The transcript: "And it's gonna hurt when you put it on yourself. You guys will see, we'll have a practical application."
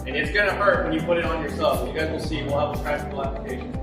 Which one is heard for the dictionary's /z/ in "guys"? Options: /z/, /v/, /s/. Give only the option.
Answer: /z/